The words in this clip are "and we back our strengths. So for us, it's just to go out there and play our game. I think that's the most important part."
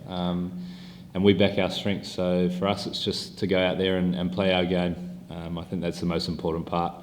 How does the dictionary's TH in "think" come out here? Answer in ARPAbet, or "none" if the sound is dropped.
TH